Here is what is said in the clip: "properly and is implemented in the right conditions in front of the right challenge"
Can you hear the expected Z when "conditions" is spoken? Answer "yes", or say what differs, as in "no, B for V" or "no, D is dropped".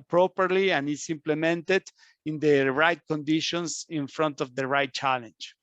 no, S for Z